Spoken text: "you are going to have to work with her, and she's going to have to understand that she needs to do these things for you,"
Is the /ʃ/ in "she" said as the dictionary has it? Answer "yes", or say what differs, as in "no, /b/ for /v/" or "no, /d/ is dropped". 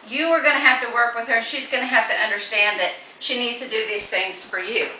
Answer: yes